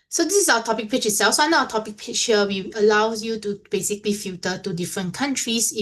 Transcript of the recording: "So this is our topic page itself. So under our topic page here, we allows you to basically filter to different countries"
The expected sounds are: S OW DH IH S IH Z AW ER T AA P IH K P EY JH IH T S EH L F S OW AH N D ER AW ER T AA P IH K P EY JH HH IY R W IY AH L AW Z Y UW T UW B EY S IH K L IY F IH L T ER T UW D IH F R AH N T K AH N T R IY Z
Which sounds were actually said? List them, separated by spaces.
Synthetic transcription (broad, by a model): S OW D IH S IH S AW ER T AA P IH K P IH CH IH T S EH L F S OW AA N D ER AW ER T AA P IH K P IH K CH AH W IY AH L AW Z Y UW T UW B EY S IH K L IY F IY T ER T UW D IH F R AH N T K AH N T R IY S